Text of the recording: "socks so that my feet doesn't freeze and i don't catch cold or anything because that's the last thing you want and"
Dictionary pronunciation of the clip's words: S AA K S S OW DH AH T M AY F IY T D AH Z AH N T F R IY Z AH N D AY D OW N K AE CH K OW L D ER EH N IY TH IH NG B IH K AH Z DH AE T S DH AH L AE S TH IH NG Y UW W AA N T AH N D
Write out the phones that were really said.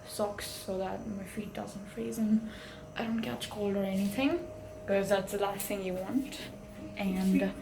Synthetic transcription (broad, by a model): S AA K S S OW DH AH T M AY F IY T D AH Z AH N T F R IY Z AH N AY D OW N K AE CH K OW L D ER EH N IY TH IH NG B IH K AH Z DH AE T S DH AH L AE S TH IH NG Y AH W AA N T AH N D